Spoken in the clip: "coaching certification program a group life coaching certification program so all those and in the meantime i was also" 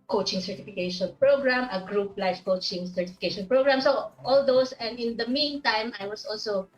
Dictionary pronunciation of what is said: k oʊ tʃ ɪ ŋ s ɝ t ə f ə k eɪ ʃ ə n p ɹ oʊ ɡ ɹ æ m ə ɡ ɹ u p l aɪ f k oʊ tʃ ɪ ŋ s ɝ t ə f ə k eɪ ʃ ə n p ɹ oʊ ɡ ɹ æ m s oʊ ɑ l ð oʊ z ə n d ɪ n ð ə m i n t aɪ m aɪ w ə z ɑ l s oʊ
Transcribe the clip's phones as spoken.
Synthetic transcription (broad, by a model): k oʊ tʃ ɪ ŋ s ɝ t ə f ə k eɪ ʃ ə n p ɹ oʊ ɡ ɹ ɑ m ə ɡ ɹ u p l aɪ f k oʊ tʃ ɪ ŋ s ɝ t ə f ə k eɪ ʃ ə n p ɹ oʊ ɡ ɹ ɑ m s oʊ ɑ l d oʊ s ə n d ɪ n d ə m i n t aɪ m aɪ w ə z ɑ l s oʊ